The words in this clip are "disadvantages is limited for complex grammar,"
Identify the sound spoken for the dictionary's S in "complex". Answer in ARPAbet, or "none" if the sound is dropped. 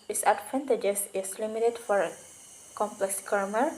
S